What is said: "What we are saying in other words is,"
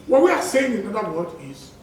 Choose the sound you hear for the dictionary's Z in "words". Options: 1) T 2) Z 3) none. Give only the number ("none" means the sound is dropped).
3